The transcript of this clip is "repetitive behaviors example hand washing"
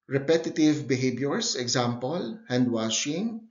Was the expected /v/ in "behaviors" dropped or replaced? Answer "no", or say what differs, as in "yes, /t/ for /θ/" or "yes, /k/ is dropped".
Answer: yes, /b/ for /v/